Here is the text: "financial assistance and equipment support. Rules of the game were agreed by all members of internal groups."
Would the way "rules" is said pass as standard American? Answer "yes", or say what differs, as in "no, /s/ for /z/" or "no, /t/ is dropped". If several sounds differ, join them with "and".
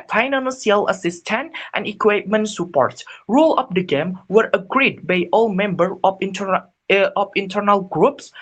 no, /z/ is dropped